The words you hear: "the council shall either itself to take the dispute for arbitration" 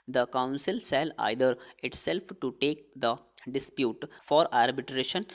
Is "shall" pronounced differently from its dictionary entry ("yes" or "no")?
yes